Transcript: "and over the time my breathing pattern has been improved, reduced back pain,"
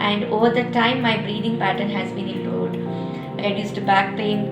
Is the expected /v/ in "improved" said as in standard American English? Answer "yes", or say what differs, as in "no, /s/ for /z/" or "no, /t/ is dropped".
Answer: no, /v/ is dropped